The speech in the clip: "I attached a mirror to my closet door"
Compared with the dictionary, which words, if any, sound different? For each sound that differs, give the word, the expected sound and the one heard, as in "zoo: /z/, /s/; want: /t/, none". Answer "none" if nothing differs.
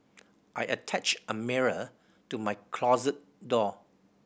none